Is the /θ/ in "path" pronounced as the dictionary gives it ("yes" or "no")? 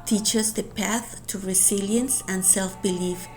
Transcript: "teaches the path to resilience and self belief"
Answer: yes